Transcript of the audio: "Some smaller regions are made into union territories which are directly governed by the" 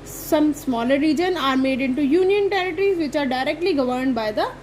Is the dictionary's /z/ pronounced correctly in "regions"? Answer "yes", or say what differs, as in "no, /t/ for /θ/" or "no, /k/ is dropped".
no, /z/ is dropped